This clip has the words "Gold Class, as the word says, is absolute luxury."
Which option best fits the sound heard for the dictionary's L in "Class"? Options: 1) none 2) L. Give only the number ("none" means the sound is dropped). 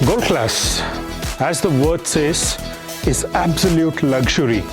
2